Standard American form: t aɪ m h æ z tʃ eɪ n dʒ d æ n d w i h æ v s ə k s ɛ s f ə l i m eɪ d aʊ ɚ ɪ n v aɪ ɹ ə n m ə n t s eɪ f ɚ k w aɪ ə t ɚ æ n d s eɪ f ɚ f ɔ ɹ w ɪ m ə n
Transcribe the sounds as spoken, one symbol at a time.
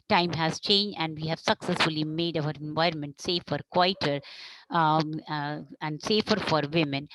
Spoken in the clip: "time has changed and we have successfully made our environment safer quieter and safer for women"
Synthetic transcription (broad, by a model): t aɪ m h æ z tʃ eɪ n dʒ d æ n d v i h æ v s ə k s ɛ s f ə l i m eɪ d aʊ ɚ ɪ n v aɪ ɹ ə n m ə n t s eɪ f ɚ k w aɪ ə t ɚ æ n d s eɪ f ɚ f ɔ ɹ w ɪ m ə n